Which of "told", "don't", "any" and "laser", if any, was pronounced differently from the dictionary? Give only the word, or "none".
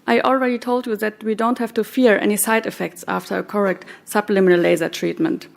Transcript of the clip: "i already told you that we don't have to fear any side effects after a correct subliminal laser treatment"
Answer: none